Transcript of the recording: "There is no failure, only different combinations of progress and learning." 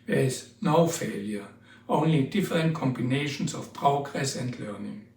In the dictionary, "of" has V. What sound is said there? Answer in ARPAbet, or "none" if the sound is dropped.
F